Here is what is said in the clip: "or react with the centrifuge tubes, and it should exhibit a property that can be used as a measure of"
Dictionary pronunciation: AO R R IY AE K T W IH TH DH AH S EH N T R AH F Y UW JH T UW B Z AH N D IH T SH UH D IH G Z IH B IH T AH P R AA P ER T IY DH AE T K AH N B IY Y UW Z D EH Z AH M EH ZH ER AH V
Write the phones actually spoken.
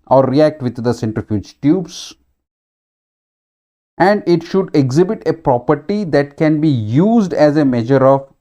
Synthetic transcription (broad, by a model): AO R R IY AE K T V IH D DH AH S EH N T R AH F Y UW JH T UW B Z AH N D IH T SH UH D IH G Z IH B IH T AH P R AA P ER T IY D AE T K AH N B IY Y UW Z D EH Z AH M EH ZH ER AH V